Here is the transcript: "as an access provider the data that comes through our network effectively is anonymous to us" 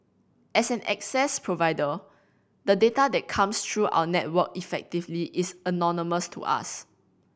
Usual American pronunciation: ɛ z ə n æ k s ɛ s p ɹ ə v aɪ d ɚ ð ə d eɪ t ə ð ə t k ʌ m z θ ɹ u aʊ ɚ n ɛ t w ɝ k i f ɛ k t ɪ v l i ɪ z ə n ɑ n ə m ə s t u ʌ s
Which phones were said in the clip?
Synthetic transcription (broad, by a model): ɛ s ə n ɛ k s ɛ s p ɹ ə v aɪ d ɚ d ə d eɪ t ə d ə t k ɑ m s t ɹ u aʊ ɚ n ɛ t w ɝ k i f ɛ k t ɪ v l i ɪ s ə n ɑ n ə m ə s t u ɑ s